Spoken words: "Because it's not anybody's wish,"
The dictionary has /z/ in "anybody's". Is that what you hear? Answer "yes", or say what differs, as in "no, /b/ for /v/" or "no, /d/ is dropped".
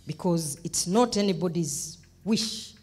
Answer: yes